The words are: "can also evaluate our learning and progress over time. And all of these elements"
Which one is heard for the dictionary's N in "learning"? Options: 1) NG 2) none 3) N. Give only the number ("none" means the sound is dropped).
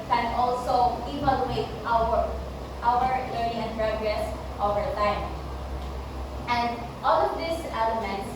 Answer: 2